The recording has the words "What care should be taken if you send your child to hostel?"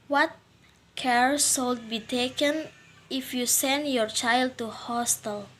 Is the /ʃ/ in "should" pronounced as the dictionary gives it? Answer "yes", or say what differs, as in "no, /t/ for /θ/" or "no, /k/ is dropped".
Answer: no, /s/ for /ʃ/